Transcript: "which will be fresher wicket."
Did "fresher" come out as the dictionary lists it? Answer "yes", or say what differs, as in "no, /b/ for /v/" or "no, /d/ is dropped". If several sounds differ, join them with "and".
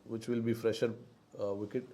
yes